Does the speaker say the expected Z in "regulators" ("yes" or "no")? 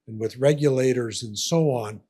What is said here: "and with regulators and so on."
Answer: yes